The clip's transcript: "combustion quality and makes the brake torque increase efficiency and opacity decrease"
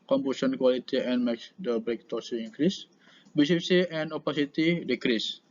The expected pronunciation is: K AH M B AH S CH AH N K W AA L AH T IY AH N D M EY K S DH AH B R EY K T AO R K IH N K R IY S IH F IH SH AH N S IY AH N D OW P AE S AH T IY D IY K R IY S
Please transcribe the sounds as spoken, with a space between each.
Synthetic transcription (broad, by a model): K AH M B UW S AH N K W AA L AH T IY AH N M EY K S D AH B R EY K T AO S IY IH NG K R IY S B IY S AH S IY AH N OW P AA S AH T IY D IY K R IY S